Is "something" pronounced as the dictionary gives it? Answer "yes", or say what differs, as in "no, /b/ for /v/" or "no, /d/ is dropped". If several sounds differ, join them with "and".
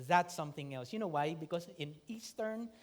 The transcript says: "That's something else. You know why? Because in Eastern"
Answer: yes